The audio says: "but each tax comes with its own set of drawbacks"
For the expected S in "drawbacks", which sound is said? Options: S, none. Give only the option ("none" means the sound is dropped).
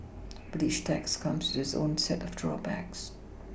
S